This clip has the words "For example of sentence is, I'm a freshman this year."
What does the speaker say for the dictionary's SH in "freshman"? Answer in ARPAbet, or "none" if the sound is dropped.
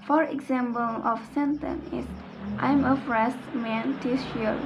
S